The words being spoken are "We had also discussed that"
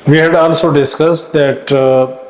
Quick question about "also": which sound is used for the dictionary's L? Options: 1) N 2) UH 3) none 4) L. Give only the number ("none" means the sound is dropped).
1